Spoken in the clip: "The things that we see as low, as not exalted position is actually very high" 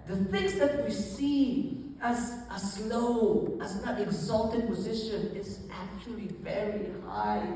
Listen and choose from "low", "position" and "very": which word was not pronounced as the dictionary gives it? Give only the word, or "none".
none